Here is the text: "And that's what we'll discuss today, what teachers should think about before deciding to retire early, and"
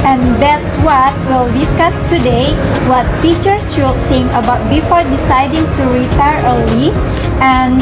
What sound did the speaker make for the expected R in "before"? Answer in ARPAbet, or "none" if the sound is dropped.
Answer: R